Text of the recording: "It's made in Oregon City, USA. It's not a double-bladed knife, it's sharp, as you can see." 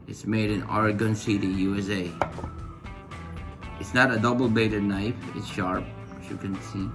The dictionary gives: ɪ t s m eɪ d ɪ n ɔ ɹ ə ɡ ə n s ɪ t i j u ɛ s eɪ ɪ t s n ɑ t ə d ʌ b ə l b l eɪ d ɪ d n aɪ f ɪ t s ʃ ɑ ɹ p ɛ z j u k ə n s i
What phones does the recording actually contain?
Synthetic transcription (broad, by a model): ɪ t s m eɪ d ɪ n ɔ ɹ ə ɡ ə n s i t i j u ɛ s eɪ ɪ t s n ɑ t ə d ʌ b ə l b eɪ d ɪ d n aɪ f ɪ t s ʃ ɑ ɹ p j u k ə n s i